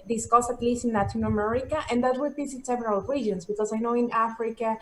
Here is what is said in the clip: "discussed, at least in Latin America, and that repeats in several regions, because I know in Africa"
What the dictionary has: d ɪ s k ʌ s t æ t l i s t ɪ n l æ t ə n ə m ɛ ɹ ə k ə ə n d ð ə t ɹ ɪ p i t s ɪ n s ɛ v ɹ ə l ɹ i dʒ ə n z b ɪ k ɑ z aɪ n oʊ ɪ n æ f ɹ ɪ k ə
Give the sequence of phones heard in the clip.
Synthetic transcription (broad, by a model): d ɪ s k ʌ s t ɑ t l i s t ɪ n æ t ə n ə m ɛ ɹ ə k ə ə n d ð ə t w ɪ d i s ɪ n s ɛ v ɹ ə l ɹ i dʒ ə n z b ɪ k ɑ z aɪ n oʊ ɪ n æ f ɹ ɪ k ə